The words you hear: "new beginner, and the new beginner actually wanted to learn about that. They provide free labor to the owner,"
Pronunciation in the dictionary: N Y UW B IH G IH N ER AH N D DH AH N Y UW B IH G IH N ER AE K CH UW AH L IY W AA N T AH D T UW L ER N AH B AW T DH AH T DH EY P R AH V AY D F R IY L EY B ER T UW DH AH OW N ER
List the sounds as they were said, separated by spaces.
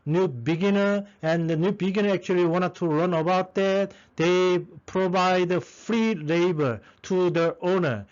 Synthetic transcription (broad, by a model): N Y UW B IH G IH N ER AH N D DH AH N Y UW B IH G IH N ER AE K CH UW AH L IY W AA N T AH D T UW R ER N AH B AW T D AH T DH EY P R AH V AY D F R IY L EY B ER T UW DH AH OW N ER